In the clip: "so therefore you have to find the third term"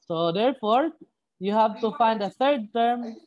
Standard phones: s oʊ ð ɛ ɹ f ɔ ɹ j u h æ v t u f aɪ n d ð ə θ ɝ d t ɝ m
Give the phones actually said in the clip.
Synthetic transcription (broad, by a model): s oʊ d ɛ ɹ f ɔ ɹ j u h æ v t u f aɪ n d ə t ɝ d t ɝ m